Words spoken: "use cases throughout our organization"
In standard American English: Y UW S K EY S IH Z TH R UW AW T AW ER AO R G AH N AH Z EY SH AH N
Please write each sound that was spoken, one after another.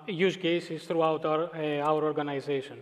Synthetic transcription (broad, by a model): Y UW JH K EY S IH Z T R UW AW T AW ER AO R G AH N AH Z EY SH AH N